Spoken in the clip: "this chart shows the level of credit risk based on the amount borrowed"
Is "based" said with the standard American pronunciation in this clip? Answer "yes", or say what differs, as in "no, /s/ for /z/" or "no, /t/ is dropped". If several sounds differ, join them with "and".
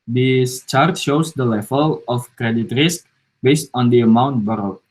yes